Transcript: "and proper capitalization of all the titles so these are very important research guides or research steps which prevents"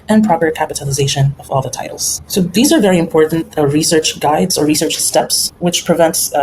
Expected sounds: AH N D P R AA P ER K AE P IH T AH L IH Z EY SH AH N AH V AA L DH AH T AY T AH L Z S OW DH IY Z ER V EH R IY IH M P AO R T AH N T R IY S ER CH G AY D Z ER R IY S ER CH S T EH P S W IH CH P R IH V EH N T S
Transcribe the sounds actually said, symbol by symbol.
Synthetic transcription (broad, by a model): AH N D P R AA P ER K AE P IH T AH L IH Z EY SH AH N AH V AA L DH AH T AY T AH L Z S OW DH IY Z ER V EH R IY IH M P AO R T N T R IY S ER CH G AY D Z ER R IY S ER CH S T EH P S W IH CH P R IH V EH N T S